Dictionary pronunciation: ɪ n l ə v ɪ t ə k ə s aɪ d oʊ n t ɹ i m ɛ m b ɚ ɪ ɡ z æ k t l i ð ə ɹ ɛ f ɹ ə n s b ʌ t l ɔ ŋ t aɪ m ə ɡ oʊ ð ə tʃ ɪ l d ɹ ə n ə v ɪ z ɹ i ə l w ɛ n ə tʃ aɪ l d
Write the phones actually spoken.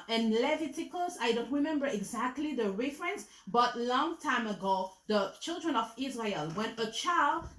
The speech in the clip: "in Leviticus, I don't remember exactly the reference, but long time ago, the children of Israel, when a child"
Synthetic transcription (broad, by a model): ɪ n l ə v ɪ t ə k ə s aɪ d oʊ n t ɹ i m ɛ m b ɚ ɪ ɡ z æ k t l i ð ə ɹ ɛ f ɹ ə n s b ʌ t l ɔ ŋ t aɪ m ə ɡ oʊ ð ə tʃ ɪ l d ɹ ə n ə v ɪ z ɹ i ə l w ɛ n ə tʃ aɪ l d